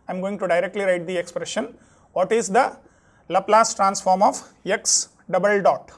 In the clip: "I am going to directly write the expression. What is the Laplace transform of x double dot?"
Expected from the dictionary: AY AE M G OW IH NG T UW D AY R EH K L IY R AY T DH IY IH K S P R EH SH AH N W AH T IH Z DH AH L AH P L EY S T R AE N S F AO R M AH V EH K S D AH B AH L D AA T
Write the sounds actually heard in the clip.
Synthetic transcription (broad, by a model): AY M G OW IH NG T UW D AY R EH K L IY R AY T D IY IH K S P R EH SH AH N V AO T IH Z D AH L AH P L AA S T R AE N S F AO R M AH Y EH K S D AH B AH L D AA T